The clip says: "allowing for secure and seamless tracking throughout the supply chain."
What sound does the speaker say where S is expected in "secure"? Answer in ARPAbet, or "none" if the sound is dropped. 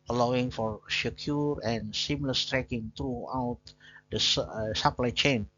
SH